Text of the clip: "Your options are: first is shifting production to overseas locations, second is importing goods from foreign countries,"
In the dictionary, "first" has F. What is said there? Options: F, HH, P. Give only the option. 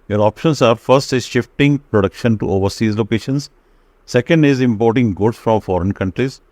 F